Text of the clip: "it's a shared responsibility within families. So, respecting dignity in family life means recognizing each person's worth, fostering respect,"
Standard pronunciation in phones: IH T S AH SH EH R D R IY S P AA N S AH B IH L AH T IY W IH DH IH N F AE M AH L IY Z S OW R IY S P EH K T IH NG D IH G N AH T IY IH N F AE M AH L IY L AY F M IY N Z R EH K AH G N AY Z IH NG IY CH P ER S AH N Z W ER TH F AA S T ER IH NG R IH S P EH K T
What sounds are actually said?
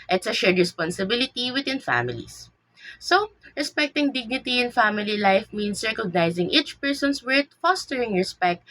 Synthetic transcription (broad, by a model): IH T S AH SH EH R D R IY S P AA N S AH B IH L AH T IY W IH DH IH N F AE M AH L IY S S OW R IY S P EH K T IH NG D IH G N AH T IY IH N F AE M AH L IY L AY F M IY N S R EH K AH G N AY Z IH NG IY CH P ER S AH N S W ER T F AA S T ER IH NG R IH S P EH K T